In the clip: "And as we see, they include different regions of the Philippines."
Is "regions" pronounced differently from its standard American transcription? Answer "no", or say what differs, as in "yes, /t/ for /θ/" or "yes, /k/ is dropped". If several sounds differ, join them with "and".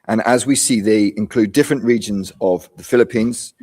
no